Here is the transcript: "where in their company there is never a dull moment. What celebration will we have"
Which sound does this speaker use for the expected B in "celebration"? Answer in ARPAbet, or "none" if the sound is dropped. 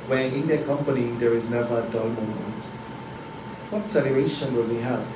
none